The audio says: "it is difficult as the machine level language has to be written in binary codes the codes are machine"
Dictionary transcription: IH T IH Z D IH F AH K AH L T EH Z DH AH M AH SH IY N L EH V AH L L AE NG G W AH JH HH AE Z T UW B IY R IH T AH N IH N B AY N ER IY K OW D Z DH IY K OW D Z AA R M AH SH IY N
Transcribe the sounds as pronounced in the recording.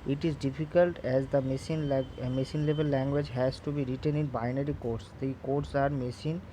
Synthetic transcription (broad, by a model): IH T IH Z D IH F AH K AH L T EH Z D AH M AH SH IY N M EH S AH L L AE NG G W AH JH HH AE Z T UW B IY R IH T AH N IH N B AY N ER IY K OW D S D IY K OW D S AA R M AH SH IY N